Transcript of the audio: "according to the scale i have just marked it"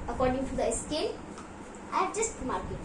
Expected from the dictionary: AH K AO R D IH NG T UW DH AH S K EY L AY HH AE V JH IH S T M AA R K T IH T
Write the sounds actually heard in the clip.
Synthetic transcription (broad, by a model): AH K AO R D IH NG T UW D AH S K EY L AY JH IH S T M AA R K IH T